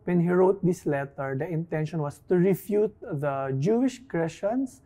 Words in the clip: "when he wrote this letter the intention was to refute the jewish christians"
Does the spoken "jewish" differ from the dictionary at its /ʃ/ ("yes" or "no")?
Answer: no